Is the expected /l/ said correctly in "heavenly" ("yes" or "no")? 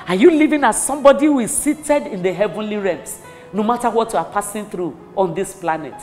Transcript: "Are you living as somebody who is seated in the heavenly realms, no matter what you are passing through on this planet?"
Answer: yes